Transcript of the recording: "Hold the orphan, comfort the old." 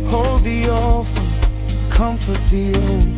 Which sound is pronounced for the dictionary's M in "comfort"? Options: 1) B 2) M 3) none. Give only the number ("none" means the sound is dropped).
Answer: 2